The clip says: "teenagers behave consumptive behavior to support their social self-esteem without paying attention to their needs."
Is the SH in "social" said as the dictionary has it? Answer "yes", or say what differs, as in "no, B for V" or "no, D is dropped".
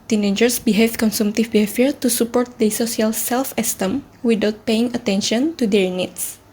no, S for SH